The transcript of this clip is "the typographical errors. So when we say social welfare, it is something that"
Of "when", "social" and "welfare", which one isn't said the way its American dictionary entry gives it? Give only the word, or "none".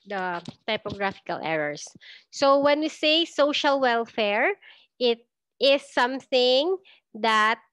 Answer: none